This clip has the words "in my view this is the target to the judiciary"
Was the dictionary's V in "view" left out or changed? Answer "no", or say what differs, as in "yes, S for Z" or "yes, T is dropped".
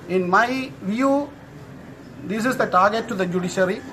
no